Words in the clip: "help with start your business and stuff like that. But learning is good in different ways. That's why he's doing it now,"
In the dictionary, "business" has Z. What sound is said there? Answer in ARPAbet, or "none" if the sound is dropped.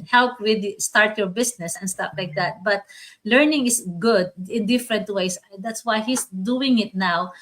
S